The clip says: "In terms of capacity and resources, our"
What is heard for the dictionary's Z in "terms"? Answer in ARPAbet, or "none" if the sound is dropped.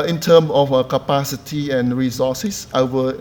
none